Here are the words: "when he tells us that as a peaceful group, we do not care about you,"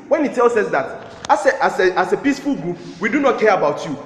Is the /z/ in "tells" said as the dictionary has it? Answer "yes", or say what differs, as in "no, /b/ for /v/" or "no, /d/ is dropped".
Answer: no, /s/ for /z/